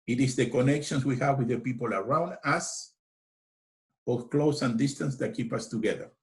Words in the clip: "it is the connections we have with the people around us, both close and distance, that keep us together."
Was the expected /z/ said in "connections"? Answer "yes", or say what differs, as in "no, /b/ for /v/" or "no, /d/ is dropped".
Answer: no, /s/ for /z/